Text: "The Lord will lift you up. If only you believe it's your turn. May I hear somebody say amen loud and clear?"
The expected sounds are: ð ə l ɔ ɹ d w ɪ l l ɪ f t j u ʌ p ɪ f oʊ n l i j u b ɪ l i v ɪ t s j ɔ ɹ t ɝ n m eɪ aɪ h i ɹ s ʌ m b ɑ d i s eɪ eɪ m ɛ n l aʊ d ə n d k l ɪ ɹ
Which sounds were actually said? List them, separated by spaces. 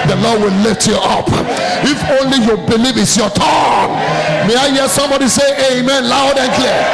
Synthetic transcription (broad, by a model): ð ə l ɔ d w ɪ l l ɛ t j u ʌ p ɪ f oʊ n l i j u b ɪ l i v ɪ t s j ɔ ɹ t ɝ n m eɪ aɪ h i s ʌ m b ɑ d i s eɪ eɪ m ɛ n l aʊ d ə n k l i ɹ